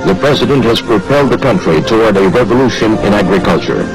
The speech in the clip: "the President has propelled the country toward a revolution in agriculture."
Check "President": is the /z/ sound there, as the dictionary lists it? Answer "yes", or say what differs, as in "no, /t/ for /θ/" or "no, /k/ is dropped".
yes